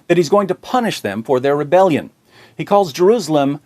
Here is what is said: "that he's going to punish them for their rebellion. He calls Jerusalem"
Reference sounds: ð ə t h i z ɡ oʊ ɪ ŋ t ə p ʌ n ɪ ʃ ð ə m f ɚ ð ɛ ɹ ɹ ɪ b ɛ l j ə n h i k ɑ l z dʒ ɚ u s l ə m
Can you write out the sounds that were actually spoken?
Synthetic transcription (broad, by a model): ð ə t h i z ɡ oʊ ɪ ŋ t ə p ʌ n ɪ ʃ ð ə m f ɚ ð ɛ ɹ ɹ ɪ b ɛ l j ə n h i k ɑ l z dʒ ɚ u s l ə m